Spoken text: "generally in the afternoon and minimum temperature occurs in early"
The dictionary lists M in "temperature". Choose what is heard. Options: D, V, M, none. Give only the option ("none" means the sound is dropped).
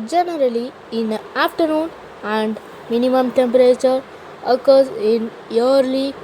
M